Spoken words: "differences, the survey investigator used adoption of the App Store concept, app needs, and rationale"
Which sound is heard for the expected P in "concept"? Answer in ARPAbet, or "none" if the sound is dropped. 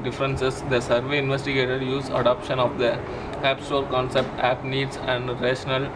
P